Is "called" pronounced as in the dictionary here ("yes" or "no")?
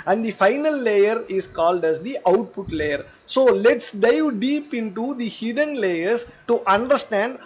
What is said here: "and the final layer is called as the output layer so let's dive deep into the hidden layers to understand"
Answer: yes